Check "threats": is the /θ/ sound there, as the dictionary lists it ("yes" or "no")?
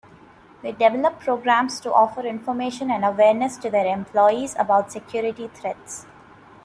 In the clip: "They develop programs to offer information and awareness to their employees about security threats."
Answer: no